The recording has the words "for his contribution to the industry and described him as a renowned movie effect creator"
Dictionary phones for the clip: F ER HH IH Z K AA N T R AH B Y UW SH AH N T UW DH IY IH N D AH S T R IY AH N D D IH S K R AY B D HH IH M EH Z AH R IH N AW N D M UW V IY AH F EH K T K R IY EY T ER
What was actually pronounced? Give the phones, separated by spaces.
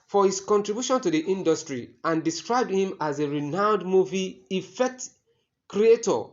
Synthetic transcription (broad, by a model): F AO HH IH S K AA N T R AH B Y UW SH AH N T UW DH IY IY N D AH S T R IY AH N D D IH S K R AY B D HH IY M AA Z AH R IH N AW N D M UW V IY AH F EH K T K R IY EY T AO